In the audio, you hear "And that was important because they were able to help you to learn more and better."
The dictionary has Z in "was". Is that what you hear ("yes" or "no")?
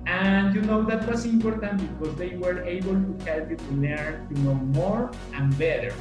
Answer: no